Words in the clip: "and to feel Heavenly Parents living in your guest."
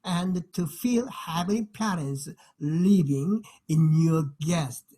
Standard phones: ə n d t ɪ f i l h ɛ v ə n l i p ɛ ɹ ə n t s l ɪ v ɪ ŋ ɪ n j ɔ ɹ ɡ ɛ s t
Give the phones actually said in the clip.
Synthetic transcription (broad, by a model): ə n t ɪ f i l h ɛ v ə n i p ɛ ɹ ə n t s l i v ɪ ŋ ɪ n j ɔ ɹ ɡ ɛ s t